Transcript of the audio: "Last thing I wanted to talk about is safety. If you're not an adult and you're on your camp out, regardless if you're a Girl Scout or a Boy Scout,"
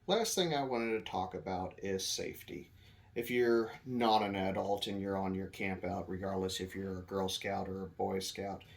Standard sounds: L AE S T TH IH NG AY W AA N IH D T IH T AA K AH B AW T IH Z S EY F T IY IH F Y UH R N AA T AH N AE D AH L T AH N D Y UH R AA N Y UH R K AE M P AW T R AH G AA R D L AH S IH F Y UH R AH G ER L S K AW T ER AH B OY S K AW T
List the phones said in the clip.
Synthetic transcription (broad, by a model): L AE S T TH IH NG AY W AA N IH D T IH T AA K AH B AW T IH Z S EY F T IY IH F Y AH R N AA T AH N AE D AH L T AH N Y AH R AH N Y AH R K AE M P AW T R AH G AA R D L AH S IH F Y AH R AH G ER L S K AW T ER AH B OY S K AW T